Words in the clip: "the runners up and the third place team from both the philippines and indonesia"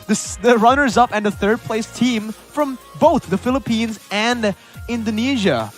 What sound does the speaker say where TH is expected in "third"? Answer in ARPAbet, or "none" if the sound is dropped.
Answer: TH